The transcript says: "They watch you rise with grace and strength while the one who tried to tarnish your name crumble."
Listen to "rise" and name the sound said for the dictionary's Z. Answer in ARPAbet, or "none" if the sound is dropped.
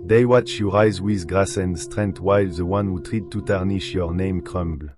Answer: Z